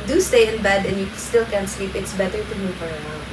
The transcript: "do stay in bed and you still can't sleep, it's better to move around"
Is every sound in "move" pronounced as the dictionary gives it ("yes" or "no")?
no